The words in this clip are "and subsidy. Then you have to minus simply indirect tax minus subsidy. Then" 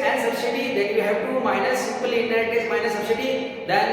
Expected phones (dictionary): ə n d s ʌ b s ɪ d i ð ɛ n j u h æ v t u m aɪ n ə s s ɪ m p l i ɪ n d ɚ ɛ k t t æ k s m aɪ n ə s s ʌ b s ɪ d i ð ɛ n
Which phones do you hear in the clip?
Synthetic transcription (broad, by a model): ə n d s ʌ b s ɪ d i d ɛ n j u h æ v t u m aɪ n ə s s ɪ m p l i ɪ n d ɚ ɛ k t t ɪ s m aɪ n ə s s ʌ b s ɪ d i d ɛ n